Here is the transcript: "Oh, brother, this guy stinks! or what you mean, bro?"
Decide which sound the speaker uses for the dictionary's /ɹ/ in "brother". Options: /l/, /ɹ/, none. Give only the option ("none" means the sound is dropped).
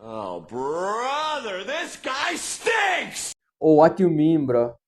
/ɹ/